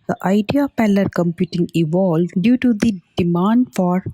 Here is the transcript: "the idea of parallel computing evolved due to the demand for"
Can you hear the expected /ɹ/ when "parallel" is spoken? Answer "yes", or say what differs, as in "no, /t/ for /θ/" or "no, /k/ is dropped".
no, /l/ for /ɹ/